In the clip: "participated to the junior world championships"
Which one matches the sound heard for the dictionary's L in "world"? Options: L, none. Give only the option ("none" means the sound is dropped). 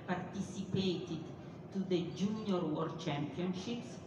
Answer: none